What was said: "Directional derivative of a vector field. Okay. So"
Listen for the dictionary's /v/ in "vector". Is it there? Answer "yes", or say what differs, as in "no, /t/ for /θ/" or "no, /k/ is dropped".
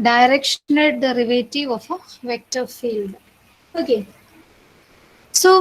yes